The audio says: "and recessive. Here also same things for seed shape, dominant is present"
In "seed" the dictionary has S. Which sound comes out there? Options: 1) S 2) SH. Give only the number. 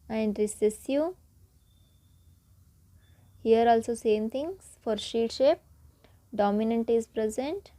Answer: 2